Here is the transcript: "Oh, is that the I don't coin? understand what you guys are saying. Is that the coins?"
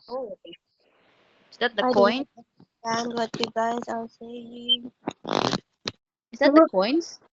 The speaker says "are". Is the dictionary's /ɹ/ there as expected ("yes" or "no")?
no